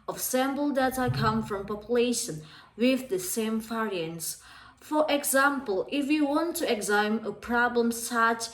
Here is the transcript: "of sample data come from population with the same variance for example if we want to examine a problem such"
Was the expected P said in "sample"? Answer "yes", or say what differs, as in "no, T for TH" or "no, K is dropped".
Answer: no, B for P